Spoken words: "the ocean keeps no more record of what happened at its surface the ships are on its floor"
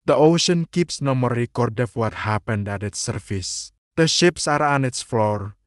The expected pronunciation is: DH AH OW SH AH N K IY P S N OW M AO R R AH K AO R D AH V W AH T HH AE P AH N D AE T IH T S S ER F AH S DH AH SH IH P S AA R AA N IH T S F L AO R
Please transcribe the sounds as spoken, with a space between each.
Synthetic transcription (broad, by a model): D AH OW SH AH N K IY P S N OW M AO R R AH K AO R D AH F W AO T HH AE P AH N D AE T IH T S S ER F AH S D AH SH IH P S AA R AA N IH T S F L AO R